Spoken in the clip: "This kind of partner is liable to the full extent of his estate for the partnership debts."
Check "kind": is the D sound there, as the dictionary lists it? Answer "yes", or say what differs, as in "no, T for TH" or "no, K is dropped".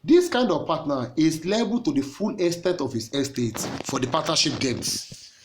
yes